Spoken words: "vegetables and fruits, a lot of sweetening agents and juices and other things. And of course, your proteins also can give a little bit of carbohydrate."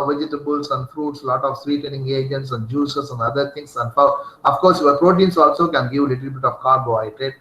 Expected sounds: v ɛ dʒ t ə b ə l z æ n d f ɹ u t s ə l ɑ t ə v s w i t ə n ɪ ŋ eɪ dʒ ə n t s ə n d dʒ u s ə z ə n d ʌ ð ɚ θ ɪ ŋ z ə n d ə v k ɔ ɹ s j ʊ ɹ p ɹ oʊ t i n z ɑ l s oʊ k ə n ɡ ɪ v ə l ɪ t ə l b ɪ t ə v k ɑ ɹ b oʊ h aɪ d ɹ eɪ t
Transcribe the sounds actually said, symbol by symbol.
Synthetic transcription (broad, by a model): v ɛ dʒ t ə b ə l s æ n d f ɹ u t s l ɑ t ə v s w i t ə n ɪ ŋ eɪ dʒ ə n t s ə n d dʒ u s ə s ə n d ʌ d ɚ t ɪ ŋ s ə n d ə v k ɔ ɹ s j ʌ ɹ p ɹ oʊ t i n s ɑ l s oʊ k ə n ɡ ɪ v l ɪ t ə l b ɪ t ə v k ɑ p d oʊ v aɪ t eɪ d